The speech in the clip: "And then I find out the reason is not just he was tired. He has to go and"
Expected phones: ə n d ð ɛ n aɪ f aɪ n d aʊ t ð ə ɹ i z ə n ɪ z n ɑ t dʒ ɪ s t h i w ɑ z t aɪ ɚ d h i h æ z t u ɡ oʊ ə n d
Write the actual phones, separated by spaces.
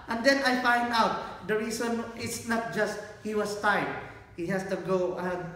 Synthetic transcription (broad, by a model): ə n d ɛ n aɪ f aɪ n d aʊ t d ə ɹ i s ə n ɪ s n ɑ t dʒ ɪ s t h i w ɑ s t aɪ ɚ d h i h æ s t u ɡ oʊ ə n